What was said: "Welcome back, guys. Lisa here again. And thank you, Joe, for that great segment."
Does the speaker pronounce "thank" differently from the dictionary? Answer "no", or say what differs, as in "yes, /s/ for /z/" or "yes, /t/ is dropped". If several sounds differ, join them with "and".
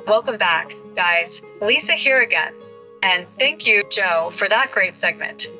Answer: no